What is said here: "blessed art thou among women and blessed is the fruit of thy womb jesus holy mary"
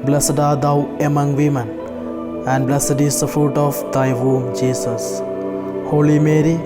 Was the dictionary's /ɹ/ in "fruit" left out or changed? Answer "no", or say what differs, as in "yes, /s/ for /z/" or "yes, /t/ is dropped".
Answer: no